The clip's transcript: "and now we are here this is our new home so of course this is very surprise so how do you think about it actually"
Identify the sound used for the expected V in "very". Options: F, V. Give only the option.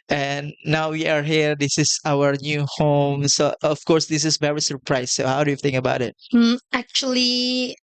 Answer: V